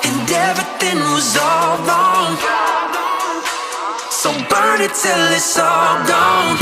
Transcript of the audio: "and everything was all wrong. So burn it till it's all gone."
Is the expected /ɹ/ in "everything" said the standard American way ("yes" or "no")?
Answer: no